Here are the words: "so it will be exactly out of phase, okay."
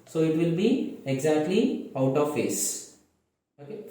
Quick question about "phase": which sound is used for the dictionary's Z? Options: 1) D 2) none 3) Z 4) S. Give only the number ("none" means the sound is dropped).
4